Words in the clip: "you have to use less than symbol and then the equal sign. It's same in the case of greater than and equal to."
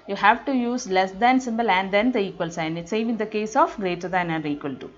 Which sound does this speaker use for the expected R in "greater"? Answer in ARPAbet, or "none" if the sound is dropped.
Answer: R